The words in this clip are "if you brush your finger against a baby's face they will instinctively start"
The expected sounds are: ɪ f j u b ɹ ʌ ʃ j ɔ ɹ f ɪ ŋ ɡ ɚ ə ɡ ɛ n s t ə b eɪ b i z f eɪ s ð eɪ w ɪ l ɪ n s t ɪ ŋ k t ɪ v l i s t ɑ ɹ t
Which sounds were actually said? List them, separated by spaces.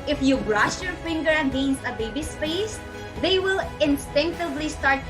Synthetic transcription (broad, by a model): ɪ f j u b ɹ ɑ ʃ j ɔ ɹ f ɪ ŋ ɡ ɚ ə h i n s ə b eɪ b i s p eɪ s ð eɪ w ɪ l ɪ n s t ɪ ŋ k t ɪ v l i s t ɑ ɹ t